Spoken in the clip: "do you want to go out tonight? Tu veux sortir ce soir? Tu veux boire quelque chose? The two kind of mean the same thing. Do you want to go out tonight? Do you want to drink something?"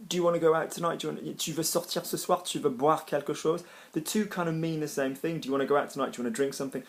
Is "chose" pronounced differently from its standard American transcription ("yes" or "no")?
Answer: yes